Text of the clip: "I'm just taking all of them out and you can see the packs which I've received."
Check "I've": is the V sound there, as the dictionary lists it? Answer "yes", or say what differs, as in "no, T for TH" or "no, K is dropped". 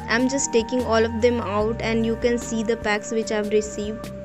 yes